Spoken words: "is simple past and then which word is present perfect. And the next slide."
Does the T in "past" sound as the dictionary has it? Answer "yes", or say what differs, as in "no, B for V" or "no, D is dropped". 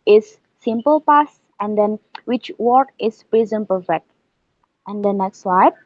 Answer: no, T is dropped